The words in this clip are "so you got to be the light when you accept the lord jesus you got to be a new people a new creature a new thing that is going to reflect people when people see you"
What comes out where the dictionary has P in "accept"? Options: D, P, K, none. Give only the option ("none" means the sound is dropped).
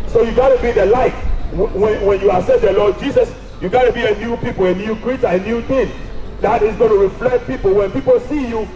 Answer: none